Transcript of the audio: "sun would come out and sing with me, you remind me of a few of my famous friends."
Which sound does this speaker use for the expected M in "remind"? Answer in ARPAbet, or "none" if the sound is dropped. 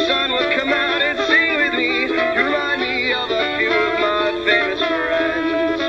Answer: none